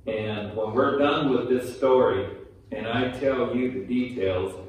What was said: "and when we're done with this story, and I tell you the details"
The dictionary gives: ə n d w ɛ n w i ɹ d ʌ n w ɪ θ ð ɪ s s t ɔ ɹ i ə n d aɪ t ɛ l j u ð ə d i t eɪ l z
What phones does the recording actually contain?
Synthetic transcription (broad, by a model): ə n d w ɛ n w i ɹ d ʌ n w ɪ ð ɪ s s t ɔ ɹ i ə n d aɪ t ɛ l j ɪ ð ə d i t eɪ l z